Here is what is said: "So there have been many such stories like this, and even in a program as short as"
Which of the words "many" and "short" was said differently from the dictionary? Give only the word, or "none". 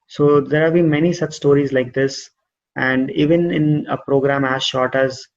none